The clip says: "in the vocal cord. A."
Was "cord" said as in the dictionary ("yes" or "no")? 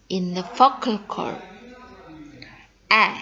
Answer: no